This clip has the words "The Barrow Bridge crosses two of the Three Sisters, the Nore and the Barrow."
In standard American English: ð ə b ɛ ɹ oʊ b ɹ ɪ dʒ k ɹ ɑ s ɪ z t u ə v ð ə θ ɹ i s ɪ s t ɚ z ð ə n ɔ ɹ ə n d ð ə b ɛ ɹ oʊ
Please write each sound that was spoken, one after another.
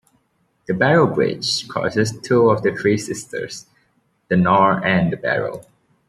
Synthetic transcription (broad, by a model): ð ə b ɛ ɹ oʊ b ɹ ɪ dʒ k ɑ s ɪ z t u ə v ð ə θ ɹ i s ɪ s t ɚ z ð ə n ɔ ɹ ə n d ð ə b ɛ ɹ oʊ